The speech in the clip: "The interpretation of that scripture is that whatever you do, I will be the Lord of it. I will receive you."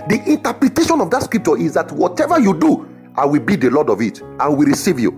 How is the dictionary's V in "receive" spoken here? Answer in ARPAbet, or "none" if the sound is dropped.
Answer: V